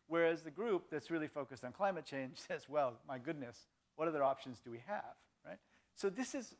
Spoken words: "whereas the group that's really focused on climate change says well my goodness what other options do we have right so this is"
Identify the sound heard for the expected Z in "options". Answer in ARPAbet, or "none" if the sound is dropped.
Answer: Z